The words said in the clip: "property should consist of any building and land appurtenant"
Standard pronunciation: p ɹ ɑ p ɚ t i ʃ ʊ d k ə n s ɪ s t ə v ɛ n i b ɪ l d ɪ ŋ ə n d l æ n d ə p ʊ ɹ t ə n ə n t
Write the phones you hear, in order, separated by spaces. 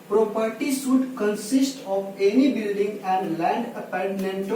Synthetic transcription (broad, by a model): p ɹ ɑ p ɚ t i s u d k ə n s ɪ s t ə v ɛ n i b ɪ l d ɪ ŋ ə n d l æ n d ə p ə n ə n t